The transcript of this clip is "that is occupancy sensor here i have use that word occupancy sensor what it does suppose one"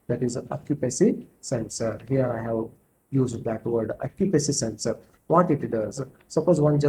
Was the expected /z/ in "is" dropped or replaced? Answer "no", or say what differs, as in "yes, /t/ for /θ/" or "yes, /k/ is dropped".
no